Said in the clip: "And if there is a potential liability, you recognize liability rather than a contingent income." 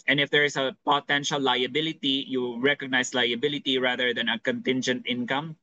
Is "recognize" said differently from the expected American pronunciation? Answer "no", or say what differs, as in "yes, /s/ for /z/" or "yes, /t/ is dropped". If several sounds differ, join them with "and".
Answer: yes, /s/ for /z/